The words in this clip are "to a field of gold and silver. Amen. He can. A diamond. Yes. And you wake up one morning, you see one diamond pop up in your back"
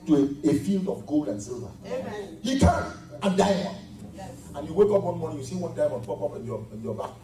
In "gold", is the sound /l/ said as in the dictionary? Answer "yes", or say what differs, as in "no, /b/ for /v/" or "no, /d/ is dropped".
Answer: yes